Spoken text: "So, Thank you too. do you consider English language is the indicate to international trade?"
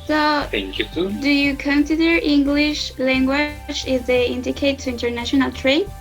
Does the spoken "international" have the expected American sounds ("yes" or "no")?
yes